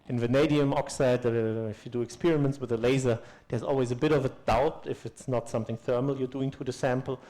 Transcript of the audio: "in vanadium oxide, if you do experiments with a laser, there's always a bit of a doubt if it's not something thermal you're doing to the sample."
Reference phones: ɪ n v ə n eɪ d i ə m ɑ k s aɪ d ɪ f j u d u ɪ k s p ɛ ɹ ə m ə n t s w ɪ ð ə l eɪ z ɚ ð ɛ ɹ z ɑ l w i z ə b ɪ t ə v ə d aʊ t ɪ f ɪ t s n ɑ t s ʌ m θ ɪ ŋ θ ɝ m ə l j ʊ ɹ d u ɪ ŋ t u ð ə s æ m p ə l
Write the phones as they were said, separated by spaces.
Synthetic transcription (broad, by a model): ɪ n v ə n eɪ d i ə m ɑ k s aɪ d ɪ f j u d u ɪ k s p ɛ ɹ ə m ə n t s w ɪ ð ə l eɪ z ɚ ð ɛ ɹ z ɑ l w i z ə b ɪ t ə v ə d aʊ t ɪ f ɪ t s n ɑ t s ʌ m θ ɪ ŋ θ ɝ m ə l j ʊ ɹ d u ɪ ŋ t u ð ə s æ m p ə l